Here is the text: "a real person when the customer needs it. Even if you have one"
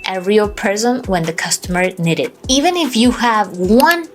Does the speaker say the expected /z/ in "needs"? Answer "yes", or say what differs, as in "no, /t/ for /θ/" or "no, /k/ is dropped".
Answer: no, /z/ is dropped